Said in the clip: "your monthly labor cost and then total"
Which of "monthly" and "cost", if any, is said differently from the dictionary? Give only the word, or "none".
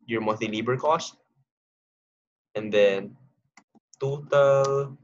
monthly